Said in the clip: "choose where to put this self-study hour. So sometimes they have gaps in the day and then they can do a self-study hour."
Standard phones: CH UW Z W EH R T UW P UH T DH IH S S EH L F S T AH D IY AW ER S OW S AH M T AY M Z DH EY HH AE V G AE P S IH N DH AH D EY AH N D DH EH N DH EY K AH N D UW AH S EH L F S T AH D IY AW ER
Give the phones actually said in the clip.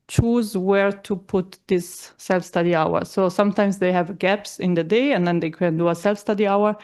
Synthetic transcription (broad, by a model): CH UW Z W EH R T UW P UH T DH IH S S EH L F S T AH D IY AW ER S OW S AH M T AY M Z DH EY HH AE V G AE P S IH N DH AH D EY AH N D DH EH N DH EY K AH N D UW AH S EH L F S T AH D IY AW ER